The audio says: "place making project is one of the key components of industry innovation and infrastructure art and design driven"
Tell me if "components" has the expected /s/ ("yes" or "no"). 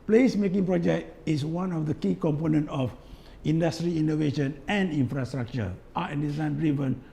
no